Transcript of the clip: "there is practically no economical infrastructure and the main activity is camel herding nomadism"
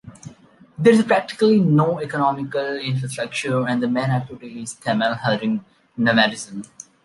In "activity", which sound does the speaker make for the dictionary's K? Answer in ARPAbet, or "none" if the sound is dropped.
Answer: none